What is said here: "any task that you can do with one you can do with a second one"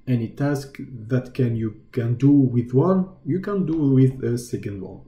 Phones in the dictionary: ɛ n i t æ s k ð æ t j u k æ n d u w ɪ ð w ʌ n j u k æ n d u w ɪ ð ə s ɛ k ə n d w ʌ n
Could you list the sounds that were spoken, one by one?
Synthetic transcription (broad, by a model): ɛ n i t æ s k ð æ t j u k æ n d u w ɪ ð w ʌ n j u k æ n d u w ɪ ð ə s ɛ k ə n d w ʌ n